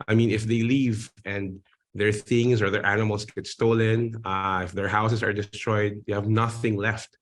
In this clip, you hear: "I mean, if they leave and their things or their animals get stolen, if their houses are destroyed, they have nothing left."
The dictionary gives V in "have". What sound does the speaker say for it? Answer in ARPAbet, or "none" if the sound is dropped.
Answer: V